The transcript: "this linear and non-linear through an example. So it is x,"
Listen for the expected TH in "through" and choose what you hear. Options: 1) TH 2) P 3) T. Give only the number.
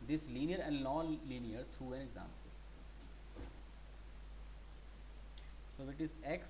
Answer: 3